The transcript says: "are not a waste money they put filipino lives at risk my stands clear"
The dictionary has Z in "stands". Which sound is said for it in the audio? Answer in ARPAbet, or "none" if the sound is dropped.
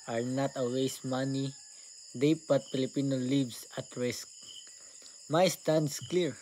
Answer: S